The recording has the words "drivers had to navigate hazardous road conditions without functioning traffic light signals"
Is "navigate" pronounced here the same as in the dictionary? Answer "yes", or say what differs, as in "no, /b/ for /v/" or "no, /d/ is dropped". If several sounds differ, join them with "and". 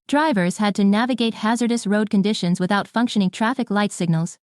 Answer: yes